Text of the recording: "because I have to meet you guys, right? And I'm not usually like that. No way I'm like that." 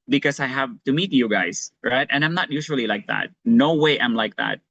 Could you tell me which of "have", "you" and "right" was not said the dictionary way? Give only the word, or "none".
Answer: none